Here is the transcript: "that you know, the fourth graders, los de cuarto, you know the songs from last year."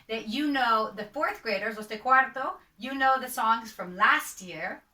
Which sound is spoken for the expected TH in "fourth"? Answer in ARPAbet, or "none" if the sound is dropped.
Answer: TH